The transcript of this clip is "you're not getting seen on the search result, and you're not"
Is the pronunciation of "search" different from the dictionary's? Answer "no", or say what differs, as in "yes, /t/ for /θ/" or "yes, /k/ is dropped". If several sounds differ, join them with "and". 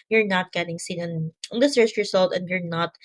yes, /s/ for /tʃ/